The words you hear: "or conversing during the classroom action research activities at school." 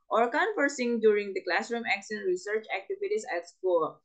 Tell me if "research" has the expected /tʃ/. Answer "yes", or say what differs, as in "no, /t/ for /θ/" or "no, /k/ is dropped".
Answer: yes